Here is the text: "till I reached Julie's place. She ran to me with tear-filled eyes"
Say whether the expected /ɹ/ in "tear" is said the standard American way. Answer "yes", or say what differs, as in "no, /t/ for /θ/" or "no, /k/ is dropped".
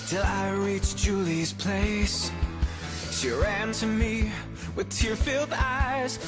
yes